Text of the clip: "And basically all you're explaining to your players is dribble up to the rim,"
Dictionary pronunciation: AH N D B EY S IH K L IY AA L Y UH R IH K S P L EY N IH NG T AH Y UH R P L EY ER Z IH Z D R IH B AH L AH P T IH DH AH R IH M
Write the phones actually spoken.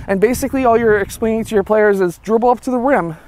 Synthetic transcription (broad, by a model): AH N B EY S IH K L IY AA L Y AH R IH K S P EY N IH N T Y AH R P L EY ER Z IH Z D R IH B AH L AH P T IH DH AH R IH M